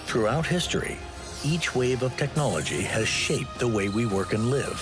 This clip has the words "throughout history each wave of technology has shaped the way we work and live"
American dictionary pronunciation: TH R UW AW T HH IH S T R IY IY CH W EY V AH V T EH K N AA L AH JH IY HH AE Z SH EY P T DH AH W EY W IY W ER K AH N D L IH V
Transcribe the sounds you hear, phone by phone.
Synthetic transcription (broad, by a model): TH R UW AW T HH IH S T R IY IY CH W EY V AH V T EH K N AA L AH JH IY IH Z SH EY P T DH AH W EY W IY W ER K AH N L IH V